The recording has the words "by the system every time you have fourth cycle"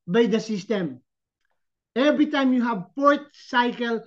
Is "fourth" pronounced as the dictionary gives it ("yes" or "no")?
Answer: no